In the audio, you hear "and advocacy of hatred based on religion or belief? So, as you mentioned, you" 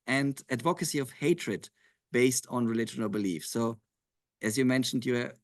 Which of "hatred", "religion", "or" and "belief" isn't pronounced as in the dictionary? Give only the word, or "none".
or